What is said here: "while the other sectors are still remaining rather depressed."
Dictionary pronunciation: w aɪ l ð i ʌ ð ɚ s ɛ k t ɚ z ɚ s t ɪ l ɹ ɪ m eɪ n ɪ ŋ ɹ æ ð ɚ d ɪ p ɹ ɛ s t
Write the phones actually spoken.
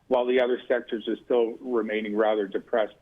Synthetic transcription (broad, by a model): w aɪ l ð i ʌ ð ɚ s ɛ k t ɚ z ɚ s t ɪ l ɹ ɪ m eɪ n ɪ ŋ ɹ æ ð ɚ d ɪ p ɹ ɛ s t